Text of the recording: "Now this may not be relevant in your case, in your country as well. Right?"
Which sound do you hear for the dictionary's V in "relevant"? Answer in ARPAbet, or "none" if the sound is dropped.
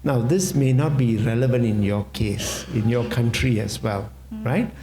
V